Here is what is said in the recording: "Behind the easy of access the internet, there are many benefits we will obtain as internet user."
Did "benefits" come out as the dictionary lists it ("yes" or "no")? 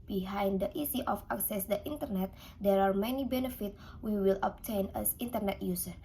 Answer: no